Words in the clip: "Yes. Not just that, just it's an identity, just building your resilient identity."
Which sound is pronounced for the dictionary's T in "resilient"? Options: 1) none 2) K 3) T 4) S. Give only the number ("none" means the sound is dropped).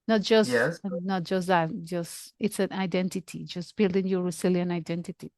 1